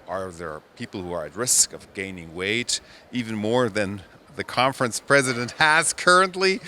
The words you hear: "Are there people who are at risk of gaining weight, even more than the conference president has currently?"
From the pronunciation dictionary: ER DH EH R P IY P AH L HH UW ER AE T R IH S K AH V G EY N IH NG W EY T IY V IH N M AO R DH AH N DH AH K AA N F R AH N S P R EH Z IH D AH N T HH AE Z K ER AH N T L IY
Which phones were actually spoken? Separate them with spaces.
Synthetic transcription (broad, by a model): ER DH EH R P IY P L HH UW ER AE T R IH S K AH V G EY N IH NG W EY T IY V IH N M AO R DH AH N DH AH K AA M F R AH N S P R EH Z IH D AH N T HH AE Z K ER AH N T L IY